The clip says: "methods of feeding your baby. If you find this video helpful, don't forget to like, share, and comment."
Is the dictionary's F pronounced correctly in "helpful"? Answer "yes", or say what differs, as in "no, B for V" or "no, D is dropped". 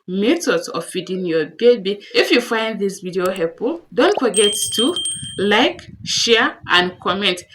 no, F is dropped